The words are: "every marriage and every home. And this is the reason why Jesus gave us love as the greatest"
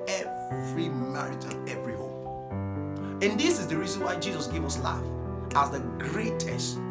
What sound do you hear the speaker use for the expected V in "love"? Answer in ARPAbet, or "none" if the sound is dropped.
F